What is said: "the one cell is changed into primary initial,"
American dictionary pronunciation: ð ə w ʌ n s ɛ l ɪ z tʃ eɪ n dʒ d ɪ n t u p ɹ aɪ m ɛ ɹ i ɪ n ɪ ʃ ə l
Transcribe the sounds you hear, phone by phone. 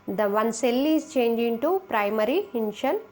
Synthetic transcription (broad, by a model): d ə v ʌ n s ɛ l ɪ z tʃ eɪ n dʒ ɪ n t u p ɹ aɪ m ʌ ɹ i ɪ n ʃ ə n